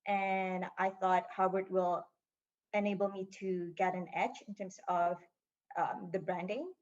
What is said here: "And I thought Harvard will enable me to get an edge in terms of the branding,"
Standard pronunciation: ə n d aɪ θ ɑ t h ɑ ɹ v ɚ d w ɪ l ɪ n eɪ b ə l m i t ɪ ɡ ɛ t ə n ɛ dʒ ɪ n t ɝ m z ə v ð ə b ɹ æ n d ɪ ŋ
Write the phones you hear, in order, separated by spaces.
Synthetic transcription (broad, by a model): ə n aɪ θ ɑ t h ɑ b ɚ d w ɪ l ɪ n eɪ b l m i t ɪ ɡ ɛ t ə n ɛ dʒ ɪ n t ɝ m z ə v ð ə b ɹ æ n d ɪ ŋ